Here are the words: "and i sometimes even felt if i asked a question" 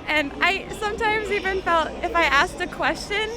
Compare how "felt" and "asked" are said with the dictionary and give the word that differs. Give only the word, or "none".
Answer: none